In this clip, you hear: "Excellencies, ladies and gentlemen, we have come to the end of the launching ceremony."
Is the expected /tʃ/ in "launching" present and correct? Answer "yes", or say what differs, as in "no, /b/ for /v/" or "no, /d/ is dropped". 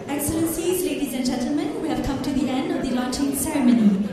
yes